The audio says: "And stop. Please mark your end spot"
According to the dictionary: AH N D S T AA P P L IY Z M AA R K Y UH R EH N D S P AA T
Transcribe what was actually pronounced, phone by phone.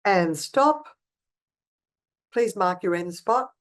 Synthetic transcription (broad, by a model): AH N S T AA P P L IY Z M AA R K Y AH R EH N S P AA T